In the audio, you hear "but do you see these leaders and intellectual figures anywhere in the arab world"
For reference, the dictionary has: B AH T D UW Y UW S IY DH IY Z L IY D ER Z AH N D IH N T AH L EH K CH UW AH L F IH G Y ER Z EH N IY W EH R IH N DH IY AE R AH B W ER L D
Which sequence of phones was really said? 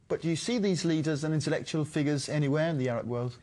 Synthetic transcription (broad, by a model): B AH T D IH Y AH S IY DH IY Z L IY D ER Z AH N IH N T AH L EH K CH UW AH L F IH G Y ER Z EH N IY W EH R IH N DH IY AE R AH B W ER L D